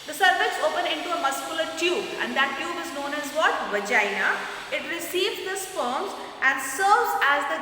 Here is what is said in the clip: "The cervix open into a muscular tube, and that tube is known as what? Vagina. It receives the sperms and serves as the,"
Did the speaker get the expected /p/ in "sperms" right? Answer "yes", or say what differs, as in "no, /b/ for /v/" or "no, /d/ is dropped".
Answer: no, /f/ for /p/